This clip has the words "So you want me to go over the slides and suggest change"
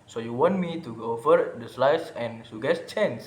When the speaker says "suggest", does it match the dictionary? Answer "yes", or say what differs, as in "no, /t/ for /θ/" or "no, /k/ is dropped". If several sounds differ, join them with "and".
no, /dʒ/ is dropped